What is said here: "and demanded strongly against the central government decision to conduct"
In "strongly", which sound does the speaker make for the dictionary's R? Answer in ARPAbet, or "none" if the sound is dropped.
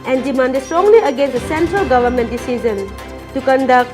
R